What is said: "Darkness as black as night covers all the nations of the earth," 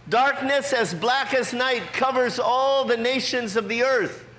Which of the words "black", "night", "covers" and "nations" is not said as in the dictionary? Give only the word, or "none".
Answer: none